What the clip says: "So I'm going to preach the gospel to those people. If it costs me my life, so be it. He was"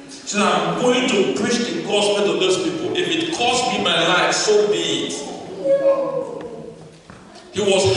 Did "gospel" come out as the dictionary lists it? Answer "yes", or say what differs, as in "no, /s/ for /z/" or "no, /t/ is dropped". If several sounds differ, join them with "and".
no, /n/ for /l/